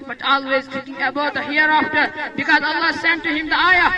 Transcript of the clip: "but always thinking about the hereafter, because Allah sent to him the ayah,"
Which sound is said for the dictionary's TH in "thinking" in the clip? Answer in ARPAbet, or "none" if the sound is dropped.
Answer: T